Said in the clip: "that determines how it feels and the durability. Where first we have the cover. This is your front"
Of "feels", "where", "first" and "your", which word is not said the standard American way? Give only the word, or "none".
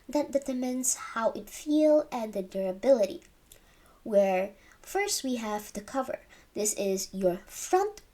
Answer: feels